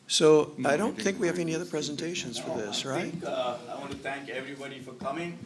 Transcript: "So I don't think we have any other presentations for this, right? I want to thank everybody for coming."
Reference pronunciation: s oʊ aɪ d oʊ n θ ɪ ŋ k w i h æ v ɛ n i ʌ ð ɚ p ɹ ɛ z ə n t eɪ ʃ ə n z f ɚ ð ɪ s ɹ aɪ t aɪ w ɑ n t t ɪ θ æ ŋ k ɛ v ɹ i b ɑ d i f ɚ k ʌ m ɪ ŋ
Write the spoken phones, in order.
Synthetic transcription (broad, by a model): s oʊ aɪ d oʊ n θ ɪ ŋ k w i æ v ɛ n i ʌ ð ɚ p ɹ ɛ z ə n t eɪ ʃ ə n z f ɚ ð ɪ s ɹ aɪ t aɪ w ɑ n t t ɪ θ æ ŋ k ɛ v ɹ i b ɑ d i f ɚ k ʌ m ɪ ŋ